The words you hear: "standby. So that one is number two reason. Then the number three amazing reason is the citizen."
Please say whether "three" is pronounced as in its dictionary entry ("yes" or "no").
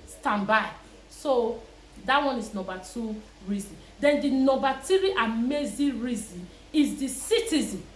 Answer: no